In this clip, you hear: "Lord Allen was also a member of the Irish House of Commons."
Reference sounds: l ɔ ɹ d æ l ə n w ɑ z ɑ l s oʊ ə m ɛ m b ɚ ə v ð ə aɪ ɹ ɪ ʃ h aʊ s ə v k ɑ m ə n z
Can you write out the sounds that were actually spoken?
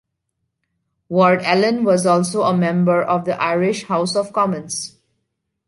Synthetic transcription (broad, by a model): w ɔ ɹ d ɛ l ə n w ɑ z ɑ l s oʊ ə m ɛ m b ɚ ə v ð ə aɪ ɹ ɪ ʃ h aʊ s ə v k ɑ m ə n s